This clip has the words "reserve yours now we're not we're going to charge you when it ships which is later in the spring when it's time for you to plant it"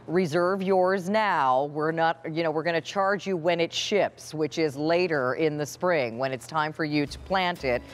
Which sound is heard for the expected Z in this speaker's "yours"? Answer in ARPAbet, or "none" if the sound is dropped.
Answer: Z